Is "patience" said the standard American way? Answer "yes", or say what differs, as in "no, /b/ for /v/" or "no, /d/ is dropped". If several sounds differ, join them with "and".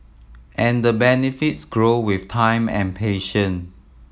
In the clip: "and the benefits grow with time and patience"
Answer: no, /s/ is dropped